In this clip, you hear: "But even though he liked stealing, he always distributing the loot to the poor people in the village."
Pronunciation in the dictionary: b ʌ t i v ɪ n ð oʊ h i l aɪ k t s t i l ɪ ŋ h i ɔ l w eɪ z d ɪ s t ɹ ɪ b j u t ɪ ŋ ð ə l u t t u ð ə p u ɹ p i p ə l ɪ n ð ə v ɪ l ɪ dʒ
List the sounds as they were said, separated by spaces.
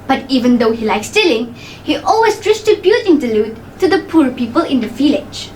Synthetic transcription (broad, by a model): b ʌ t i v ɪ n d oʊ h i l aɪ k s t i l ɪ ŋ h i ɔ l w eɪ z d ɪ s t ɪ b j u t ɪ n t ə l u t t u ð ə p u ɹ p i p ə l ɪ n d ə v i l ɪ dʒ